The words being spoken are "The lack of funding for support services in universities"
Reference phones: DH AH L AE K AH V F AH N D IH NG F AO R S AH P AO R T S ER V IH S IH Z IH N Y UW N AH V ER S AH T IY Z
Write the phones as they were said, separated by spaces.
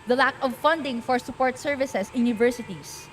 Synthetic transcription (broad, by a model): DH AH L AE K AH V F AH N D IH NG F AO R S AH P AO R T S ER V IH S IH S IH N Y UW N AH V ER S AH T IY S